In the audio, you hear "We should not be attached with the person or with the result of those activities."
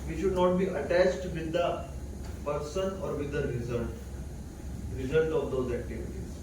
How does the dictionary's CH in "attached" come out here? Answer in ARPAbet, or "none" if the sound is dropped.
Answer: CH